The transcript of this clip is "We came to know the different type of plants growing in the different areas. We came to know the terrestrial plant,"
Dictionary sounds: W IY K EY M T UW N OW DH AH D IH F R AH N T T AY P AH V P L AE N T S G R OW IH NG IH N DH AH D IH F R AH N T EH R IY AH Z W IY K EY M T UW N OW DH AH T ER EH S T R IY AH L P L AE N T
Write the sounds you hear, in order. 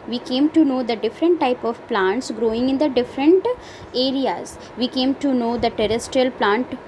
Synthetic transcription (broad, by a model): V IY K EY M T UW N OW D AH D IH F R AH N T T AY P AH V P L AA N T S G R OW IH NG IH N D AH D IH F R AH N T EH R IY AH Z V IY K EY M T UW N OW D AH T ER EH S T R IY AH L P L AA N T